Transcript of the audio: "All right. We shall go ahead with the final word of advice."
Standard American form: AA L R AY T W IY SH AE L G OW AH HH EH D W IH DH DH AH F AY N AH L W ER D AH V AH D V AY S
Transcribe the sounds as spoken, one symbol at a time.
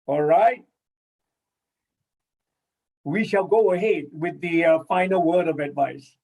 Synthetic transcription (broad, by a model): AA L R AY T W IY SH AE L G OW AH HH EH D W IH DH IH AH F AY N AH L W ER D AH V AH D V AY S